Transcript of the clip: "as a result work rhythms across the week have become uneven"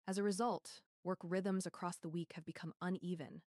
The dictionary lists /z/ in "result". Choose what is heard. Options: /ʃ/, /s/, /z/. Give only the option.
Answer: /z/